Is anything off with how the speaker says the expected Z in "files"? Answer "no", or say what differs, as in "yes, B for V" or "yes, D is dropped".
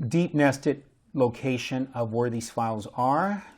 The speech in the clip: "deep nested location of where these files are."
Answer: no